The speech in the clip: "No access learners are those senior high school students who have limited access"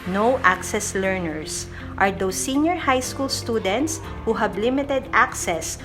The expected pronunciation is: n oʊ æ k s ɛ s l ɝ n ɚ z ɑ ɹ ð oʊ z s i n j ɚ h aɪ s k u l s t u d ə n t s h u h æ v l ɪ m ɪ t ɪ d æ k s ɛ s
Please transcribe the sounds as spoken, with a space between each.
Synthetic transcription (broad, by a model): n oʊ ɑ k s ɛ s l ɝ n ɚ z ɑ ɹ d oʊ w s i n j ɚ h aɪ s k u l s t u d ə n t s h u h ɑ b l ɪ m ɪ t ɪ d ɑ k s ɛ s